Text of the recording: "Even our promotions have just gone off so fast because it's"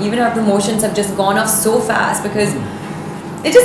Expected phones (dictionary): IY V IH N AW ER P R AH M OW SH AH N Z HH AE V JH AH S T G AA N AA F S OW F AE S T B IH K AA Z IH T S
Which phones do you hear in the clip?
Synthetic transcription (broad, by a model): IY V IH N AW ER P R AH M OW SH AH N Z HH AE V JH AH S T G AA N AA F S OW F AE S T B IH K AA Z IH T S